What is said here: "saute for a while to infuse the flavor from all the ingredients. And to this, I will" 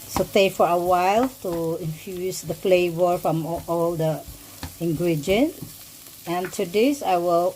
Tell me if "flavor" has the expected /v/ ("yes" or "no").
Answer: yes